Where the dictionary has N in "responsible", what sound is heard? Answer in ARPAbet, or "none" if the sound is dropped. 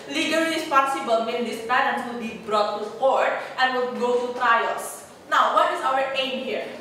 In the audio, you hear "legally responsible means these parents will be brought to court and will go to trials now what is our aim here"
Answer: none